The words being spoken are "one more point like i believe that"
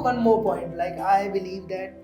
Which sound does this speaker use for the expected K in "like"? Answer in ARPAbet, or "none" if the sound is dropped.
K